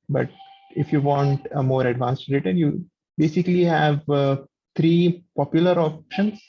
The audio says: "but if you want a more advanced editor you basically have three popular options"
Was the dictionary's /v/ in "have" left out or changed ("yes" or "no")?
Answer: no